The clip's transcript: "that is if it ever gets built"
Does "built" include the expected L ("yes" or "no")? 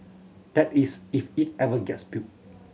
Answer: no